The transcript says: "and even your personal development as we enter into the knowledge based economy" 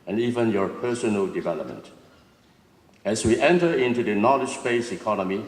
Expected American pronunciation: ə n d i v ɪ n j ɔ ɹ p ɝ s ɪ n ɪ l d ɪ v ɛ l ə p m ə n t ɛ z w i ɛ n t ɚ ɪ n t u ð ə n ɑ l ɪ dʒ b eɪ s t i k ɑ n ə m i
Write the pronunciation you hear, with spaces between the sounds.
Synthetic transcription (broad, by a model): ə n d i v ɪ n j ɔ ɹ p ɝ s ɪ n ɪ l d ɪ v ɛ l ə p m ə n t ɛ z w i ɛ n t ɚ ɪ n t u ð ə n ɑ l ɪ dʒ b eɪ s i k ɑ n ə m i